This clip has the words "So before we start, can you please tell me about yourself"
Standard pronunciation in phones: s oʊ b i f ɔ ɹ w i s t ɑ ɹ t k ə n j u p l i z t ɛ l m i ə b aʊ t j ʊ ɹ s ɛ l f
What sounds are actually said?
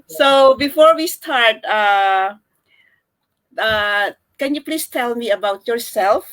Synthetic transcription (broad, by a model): s oʊ b i f ɔ ɹ w i s t ɑ ɹ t k ə n j u p l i s t ɛ l m i ə b aʊ t j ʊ ɹ s ɛ l f